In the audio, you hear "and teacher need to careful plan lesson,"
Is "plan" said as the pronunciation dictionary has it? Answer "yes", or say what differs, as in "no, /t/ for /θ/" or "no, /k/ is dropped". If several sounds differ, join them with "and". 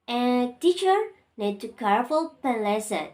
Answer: no, /l/ is dropped